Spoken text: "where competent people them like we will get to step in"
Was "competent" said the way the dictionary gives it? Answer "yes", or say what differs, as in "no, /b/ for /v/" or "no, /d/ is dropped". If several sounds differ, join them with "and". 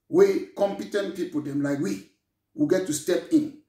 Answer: yes